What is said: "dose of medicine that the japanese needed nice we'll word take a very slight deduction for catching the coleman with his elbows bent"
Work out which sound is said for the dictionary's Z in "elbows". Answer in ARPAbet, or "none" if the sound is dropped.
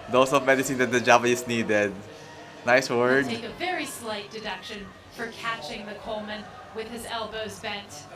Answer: Z